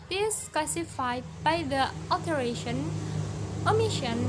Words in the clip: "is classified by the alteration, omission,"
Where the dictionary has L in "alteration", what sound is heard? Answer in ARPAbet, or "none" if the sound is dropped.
none